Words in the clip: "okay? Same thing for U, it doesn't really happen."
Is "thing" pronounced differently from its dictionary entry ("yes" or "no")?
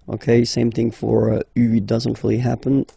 no